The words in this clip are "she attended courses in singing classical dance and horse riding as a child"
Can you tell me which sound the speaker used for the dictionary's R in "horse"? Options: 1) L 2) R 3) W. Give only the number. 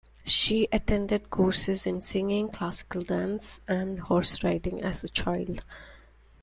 2